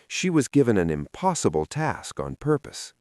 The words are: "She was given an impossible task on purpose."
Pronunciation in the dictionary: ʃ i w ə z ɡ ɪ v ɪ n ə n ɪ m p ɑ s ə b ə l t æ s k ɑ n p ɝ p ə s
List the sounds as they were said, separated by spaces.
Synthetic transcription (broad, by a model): ʃ i w ə z ɡ ɪ v ɪ n ə n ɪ m p ɑ s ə b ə l t æ s k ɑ n p ɝ p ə s